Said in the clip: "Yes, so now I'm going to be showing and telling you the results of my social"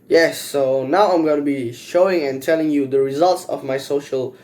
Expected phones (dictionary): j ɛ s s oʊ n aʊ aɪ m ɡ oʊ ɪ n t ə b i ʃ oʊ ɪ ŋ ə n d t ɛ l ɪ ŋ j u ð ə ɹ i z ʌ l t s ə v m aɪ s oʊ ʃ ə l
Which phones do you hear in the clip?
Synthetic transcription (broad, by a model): j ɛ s s oʊ n aʊ aɪ m ɡ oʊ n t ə b i ʃ oʊ ɪ ŋ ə n t ɛ l ɪ ŋ j u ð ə ɹ i z ʌ l t s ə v m aɪ s oʊ ʃ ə l